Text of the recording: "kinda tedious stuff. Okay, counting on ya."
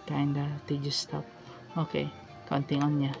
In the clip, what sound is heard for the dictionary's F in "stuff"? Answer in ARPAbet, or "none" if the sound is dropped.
P